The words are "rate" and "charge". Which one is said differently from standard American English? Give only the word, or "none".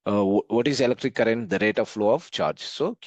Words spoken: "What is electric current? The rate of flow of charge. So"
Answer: none